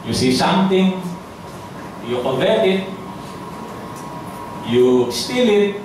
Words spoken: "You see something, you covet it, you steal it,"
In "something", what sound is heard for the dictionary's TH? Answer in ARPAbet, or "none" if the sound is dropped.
T